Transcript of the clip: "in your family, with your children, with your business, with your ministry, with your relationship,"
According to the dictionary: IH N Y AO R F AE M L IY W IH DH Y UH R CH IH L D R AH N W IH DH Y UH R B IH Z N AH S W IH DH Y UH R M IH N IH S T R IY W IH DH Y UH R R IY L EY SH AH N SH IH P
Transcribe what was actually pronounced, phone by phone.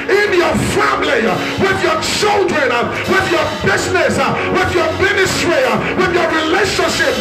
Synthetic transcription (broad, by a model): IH N Y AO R F AE M L IY W IH DH Y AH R CH IH L D R AH N W IH DH Y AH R B IH Z N AH S W IH DH Y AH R M IH N IH S T R IY W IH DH Y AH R R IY L EY SH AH N SH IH P